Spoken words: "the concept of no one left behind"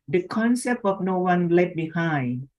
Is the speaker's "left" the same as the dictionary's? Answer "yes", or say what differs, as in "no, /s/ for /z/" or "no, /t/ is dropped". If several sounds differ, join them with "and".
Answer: no, /f/ is dropped